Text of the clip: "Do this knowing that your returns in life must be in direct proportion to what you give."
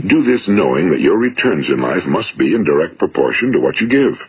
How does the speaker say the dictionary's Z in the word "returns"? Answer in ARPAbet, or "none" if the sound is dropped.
Z